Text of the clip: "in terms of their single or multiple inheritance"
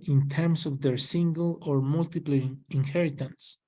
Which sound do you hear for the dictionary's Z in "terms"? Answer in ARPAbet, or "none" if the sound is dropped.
S